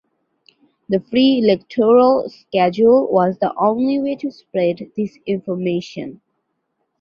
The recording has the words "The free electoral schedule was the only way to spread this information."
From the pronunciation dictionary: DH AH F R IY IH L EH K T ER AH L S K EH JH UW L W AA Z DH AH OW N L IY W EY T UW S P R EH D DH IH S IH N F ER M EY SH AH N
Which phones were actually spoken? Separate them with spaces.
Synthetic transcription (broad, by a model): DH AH F R IY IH L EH K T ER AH L S K EH JH UW L W AA Z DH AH OW N L IY W EY T UW S P R EH D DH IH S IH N F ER M EY SH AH N